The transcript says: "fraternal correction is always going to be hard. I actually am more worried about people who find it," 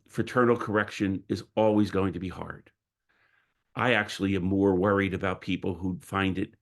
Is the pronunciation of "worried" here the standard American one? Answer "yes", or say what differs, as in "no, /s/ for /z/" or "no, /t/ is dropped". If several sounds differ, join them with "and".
yes